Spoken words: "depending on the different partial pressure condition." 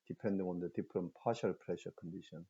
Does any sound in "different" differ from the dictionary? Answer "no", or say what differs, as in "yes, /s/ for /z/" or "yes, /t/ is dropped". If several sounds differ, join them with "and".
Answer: yes, /p/ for /f/